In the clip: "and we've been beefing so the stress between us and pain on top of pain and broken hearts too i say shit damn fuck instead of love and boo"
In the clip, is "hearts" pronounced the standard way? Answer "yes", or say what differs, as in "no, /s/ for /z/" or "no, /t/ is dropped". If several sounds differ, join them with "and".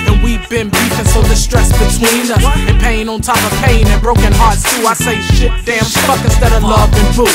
yes